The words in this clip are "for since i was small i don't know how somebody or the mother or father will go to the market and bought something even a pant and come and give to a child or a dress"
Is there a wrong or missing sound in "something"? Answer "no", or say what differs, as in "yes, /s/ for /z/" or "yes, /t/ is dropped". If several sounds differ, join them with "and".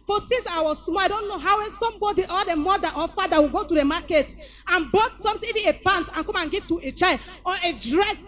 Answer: yes, /t/ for /θ/